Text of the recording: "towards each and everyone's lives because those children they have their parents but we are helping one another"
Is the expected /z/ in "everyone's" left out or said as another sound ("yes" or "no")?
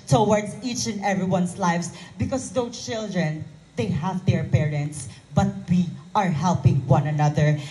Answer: yes